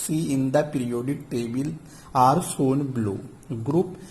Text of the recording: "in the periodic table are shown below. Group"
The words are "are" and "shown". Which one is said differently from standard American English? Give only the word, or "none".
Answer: shown